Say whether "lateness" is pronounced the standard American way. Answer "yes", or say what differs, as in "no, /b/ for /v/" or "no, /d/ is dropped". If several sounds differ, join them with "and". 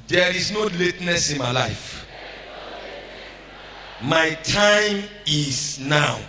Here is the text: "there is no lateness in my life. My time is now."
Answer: yes